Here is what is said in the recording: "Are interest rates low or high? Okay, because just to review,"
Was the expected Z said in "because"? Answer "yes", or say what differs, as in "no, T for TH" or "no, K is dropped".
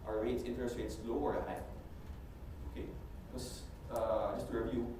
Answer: no, Z is dropped